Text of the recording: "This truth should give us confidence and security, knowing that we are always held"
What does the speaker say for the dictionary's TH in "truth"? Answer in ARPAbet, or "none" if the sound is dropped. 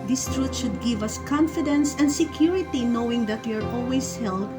T